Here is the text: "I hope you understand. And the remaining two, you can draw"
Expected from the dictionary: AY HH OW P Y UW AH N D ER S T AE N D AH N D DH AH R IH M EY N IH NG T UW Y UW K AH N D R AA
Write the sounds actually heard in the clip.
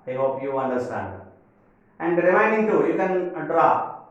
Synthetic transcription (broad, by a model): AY HH OW P Y UW AH N D ER S T AE N D AH N D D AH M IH IH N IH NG T UW Y UW K AH N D R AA